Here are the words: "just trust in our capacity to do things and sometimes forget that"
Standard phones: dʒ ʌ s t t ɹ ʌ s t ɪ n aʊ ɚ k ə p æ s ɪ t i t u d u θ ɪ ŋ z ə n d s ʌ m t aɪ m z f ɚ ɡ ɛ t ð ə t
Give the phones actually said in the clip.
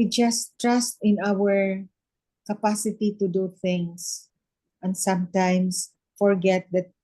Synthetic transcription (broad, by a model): dʒ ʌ s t t ɹ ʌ s t ɪ n aʊ ɚ k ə p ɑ s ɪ t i t u d u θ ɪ ŋ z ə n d s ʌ m t aɪ m s f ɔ ɡ ɛ t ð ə t